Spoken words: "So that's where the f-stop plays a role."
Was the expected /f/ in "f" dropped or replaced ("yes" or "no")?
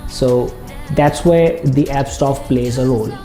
yes